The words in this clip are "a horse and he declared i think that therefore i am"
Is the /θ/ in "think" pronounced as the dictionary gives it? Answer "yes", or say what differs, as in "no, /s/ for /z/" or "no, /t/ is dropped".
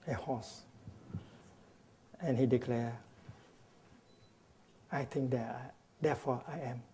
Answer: no, /t/ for /θ/